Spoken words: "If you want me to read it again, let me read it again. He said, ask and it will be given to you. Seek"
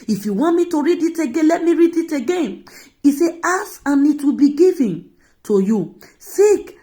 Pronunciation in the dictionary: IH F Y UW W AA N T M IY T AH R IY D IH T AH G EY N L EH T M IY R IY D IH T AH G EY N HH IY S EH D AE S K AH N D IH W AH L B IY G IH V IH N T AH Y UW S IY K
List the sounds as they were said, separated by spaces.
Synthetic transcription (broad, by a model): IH F Y UW W AA N T M IY T AH R IY D IH T AH G EY N L EH T M IY R IY D IH T AH G EY N IY S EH AA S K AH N IH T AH B IY G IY V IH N T AH Y UW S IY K